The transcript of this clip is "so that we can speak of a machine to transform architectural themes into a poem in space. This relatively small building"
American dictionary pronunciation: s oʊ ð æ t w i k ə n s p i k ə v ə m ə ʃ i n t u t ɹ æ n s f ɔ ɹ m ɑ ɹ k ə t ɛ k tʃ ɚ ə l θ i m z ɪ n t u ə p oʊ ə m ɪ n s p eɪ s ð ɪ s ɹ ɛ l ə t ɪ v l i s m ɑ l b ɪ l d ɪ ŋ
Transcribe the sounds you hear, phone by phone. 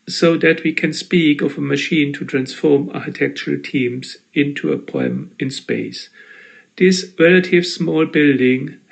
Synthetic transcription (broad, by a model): s oʊ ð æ t w i k ə n s p i k ə v ə m ə ʃ i n t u t ɹ æ n s f ɔ ɹ m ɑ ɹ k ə t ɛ k tʃ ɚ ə l t i m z ɪ n t u ə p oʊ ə m ɪ n s p eɪ s ð ɪ s ɹ ɛ l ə t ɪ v s m ɑ l b ɪ l d ɪ ŋ